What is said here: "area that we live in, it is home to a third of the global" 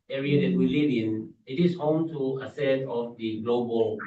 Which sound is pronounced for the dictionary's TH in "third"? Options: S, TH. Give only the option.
S